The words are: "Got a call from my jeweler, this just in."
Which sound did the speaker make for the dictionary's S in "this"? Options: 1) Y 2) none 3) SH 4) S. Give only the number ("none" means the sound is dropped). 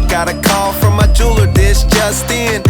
3